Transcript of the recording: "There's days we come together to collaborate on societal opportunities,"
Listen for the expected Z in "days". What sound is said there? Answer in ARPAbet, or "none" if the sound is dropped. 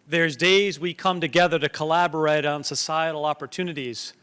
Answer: Z